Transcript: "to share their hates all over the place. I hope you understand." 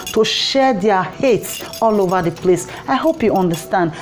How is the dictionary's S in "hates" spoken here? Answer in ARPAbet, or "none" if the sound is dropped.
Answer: S